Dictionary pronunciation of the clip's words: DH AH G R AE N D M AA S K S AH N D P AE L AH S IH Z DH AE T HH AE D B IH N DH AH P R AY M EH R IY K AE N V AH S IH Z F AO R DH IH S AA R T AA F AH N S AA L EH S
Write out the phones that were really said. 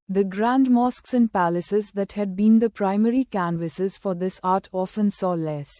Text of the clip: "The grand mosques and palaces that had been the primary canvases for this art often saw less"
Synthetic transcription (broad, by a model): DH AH G R AE N D M AA S K S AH N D P AE L AH S IH Z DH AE T HH AE D B IH N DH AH P R AY M EH R IY K AE N V AH S IH Z F AO R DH IH S AA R T AA F AH N S AA L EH S